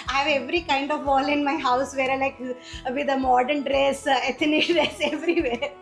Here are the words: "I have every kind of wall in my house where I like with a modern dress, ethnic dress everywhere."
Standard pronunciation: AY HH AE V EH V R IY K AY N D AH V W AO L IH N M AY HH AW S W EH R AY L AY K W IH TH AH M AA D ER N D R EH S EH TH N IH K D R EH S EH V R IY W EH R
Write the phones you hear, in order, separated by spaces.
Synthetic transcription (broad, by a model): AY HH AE V EH V R IY K AY N D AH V AO L IH N M AY HH AW S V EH R AY L AY K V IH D AH M AA D ER N D R EH S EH T N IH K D R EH S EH V R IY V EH R